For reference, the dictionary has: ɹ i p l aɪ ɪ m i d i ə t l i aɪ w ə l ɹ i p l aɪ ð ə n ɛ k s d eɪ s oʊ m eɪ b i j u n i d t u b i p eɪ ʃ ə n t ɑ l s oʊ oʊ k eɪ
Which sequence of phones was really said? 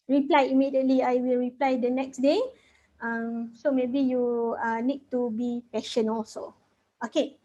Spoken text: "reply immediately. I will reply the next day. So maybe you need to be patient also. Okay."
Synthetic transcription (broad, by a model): ɹ i p l aɪ ɪ m i d i ə t l i aɪ w ə l ɹ i p l aɪ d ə n ɛ k s d eɪ s oʊ m eɪ b i j u n i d t u b i p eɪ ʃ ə n ɑ l s oʊ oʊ k eɪ